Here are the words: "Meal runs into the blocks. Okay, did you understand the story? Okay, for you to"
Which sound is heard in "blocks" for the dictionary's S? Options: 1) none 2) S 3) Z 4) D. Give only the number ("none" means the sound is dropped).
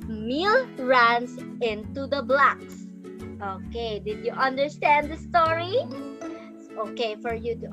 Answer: 2